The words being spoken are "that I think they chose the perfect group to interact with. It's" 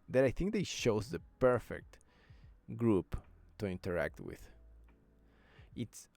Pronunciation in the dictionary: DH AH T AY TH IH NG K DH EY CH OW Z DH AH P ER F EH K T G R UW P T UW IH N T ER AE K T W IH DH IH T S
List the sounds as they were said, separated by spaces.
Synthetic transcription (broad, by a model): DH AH T AY TH IH NG K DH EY SH OW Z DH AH P ER F EH K T G R UW P T UW IH N T ER AE K T W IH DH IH T S